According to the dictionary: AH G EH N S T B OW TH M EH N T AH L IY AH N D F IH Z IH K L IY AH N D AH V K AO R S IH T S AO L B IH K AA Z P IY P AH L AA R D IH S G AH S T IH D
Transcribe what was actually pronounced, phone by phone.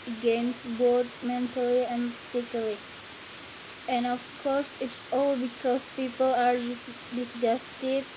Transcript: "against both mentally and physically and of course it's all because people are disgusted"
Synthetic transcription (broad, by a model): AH G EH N S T B OW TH M EH N T AH L IY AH N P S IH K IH L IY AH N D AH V K AO R S IH T S AO L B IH K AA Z P IY P AH L AA R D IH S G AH S T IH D